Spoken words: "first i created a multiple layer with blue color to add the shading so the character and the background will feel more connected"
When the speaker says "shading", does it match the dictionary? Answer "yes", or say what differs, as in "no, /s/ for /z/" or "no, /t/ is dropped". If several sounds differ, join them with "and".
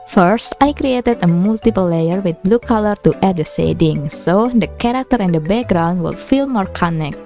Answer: no, /s/ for /ʃ/